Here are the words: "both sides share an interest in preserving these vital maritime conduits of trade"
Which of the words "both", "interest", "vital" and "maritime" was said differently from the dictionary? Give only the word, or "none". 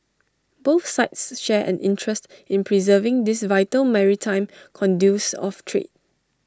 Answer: none